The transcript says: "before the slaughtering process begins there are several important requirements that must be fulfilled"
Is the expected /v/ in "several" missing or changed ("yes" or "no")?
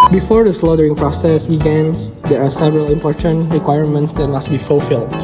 no